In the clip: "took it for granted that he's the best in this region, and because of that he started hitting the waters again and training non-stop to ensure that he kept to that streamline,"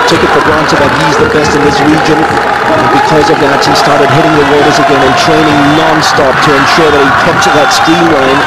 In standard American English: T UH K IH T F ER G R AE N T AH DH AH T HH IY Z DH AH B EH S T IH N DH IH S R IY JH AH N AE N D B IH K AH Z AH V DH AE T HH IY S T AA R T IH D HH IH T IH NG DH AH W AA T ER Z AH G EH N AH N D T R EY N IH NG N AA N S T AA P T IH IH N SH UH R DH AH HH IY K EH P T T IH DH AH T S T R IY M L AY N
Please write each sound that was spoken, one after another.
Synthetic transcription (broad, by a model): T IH K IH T F ER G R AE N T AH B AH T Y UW Z DH AH B EH S T IH N DH IH S R IY JH AH N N B IH K AH Z AH V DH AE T HH IY S T AA R T IH D HH IH T IH NG DH AH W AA T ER Z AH G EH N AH N T R EY N IH NG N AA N S T AA P T IH IH N SH UH R DH AH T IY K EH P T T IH DH AH T S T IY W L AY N